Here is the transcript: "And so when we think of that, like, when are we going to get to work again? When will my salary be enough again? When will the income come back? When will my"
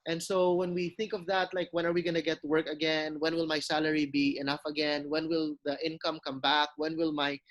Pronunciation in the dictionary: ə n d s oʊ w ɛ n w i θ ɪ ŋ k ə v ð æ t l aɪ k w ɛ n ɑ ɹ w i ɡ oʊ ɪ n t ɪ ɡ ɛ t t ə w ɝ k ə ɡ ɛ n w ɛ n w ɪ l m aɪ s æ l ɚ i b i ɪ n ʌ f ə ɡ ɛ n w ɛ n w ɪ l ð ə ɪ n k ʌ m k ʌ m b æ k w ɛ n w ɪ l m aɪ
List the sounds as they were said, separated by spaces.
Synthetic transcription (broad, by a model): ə n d s oʊ w ɛ n w i θ ɪ ŋ k ə v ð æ t l aɪ k w ɛ n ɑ ɹ w i ɡ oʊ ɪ n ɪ ɡ ɛ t t w ɝ k ə ɡ ɛ n w ɛ n w ɪ l m aɪ s æ l ɚ i b i ɪ n ʌ f ə ɡ ɛ n w ɛ n w ɪ l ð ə ɪ n k ʌ m k ʌ m b æ k w ɛ n w ɪ l m aɪ